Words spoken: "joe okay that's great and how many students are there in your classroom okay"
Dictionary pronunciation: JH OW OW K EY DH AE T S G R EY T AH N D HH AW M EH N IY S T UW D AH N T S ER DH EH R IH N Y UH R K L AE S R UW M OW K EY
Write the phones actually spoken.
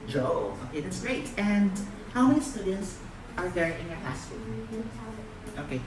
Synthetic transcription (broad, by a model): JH OW OW K EY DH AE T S G R EY T AH N D HH AW M EH N IY S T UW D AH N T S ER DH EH R IH N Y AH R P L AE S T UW OW K EY